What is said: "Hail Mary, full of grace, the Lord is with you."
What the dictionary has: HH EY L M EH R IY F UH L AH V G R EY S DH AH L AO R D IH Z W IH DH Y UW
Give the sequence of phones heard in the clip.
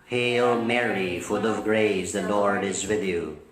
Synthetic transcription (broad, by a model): HH EY L M EH R IY F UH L AH V G R EY S DH AH L AO R D IH Z W IH DH Y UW